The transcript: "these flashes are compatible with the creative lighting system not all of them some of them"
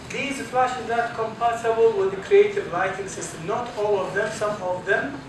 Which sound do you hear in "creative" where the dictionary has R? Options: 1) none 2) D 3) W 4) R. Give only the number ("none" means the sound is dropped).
4